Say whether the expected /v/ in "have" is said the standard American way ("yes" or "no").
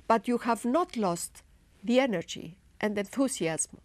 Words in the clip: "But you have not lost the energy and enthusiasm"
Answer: yes